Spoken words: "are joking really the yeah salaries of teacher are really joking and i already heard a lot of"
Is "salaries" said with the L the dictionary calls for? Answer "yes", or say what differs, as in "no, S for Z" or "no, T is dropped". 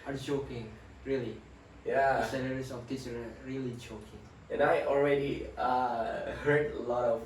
no, N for L